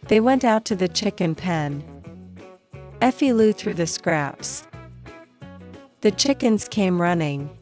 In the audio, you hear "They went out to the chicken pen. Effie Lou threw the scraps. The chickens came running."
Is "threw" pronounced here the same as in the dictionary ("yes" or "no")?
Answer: yes